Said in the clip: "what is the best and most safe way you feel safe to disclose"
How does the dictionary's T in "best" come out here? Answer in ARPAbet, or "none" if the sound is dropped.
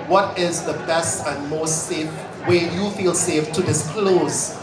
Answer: T